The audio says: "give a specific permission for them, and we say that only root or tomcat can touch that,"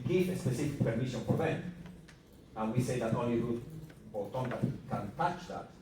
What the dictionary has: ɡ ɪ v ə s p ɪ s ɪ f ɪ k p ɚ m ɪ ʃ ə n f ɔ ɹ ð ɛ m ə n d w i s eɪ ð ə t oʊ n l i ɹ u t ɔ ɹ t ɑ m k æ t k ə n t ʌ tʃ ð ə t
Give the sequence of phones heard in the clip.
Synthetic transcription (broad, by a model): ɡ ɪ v ə s p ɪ s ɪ f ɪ k p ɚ m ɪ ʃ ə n f ɔ ɹ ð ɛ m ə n w i s eɪ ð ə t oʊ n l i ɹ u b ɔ l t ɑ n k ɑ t k ə n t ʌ tʃ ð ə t